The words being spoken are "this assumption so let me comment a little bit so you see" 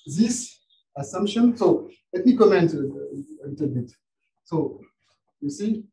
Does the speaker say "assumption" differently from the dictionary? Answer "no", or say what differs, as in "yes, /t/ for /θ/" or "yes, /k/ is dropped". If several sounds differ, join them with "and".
no